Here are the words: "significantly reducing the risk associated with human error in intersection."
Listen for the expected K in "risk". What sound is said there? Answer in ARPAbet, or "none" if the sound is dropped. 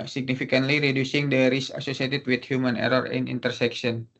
none